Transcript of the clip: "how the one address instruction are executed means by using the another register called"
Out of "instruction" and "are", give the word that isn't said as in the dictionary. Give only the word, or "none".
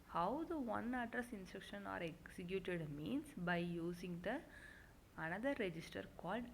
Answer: none